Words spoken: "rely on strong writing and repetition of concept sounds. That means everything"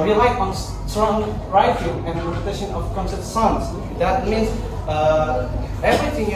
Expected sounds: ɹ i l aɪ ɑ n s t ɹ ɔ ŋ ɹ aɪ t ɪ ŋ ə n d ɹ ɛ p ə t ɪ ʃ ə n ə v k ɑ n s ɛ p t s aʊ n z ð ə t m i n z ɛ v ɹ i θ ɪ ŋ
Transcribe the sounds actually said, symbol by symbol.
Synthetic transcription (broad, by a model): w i l aɪ ɑ n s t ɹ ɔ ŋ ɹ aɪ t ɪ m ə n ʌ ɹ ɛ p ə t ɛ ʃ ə n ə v k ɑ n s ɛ t s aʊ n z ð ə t m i n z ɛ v ɹ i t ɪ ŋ